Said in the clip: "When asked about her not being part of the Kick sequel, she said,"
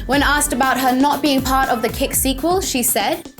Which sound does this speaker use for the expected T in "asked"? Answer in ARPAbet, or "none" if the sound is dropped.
T